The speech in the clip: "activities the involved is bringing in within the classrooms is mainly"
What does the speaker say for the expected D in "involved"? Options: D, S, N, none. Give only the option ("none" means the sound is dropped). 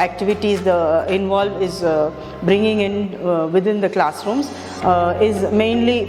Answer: none